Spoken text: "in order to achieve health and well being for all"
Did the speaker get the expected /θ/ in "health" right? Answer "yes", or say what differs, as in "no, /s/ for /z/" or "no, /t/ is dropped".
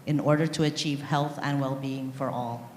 yes